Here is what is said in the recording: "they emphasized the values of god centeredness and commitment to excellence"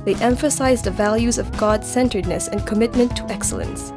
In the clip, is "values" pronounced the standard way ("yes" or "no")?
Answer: yes